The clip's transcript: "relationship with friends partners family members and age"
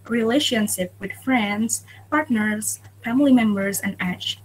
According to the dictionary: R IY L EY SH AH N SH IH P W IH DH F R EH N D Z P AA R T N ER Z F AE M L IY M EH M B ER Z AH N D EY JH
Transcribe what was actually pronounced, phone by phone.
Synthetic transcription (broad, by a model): R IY L EY SH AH N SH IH P W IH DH F R EH N D Z P AA R T N ER Z F AE M L IY M EH M B ER Z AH N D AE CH